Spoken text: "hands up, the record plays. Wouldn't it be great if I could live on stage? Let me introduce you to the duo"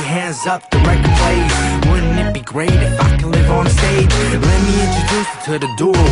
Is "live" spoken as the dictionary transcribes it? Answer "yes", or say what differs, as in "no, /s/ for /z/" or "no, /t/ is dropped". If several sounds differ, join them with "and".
yes